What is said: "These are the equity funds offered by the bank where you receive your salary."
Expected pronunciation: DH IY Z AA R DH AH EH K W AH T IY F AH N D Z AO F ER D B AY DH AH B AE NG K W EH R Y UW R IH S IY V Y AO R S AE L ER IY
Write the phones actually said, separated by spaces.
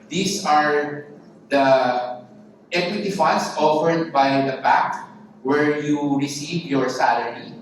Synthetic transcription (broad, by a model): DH IY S AA R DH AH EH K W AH T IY F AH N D S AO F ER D B AY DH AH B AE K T W EH R Y UW R IH S IY V Y AO R S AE L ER IY